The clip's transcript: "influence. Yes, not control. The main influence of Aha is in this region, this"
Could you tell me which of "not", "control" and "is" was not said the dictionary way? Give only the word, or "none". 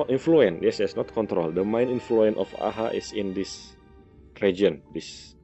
is